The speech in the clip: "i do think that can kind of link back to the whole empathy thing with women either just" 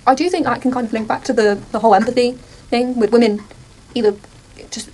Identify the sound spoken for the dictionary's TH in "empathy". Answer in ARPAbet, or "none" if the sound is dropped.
TH